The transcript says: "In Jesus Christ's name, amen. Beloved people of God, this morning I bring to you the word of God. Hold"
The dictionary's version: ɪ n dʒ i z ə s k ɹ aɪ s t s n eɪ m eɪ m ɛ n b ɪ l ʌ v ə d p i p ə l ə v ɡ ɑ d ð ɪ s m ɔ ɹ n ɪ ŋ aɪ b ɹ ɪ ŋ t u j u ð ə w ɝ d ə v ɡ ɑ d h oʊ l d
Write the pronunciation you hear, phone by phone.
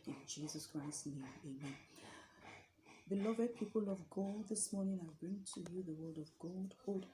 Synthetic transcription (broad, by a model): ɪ n dʒ i z ə s k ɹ aɪ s s n eɪ m eɪ m ɛ n b ɪ l ʌ v ə d p i p ə l ə v ɡ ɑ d ð ɪ s m ɔ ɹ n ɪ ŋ aɪ b ɹ ɪ ŋ t u j u ð ə w ɝ d ə v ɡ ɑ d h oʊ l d